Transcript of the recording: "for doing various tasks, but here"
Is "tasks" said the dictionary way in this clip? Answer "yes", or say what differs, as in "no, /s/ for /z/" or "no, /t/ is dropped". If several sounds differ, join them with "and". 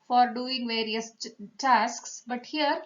yes